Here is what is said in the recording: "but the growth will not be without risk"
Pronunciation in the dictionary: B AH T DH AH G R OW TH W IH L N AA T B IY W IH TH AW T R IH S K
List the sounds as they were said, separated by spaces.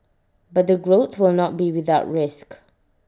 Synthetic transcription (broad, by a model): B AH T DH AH G R OW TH W IH L N AA T B IY W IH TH AW T R IH S K